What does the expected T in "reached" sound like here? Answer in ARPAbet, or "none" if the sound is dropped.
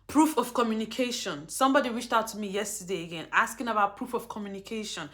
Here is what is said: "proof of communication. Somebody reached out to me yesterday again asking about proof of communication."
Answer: T